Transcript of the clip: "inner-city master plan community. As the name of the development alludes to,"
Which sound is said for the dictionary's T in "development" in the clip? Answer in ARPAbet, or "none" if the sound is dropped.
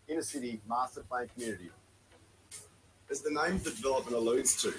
none